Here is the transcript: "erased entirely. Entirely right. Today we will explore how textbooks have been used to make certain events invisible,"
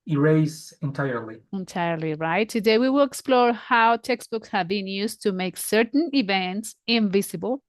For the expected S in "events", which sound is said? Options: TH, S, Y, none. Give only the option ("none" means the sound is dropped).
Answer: S